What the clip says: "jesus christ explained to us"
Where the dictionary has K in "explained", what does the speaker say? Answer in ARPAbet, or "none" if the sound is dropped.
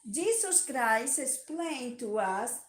none